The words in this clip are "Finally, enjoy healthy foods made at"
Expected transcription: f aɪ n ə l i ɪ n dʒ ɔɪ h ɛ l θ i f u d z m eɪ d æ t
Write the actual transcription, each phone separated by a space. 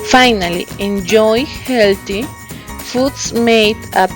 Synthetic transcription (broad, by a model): f aɪ n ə l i ɪ n dʒ ɔɪ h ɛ l t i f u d s m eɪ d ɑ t